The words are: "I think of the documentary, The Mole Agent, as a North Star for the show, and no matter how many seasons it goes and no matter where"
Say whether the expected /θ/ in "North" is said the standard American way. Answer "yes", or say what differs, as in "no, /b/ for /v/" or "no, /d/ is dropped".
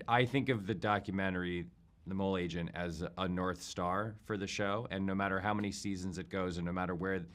yes